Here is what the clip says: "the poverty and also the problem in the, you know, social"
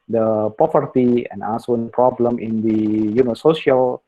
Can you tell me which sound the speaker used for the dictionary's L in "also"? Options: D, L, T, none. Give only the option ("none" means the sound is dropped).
none